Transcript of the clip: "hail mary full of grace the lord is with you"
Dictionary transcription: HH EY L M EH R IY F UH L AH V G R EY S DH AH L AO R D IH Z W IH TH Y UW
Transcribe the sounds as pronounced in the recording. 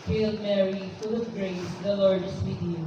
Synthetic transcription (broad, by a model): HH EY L M EH R IY F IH L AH P G R EY S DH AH L AO R D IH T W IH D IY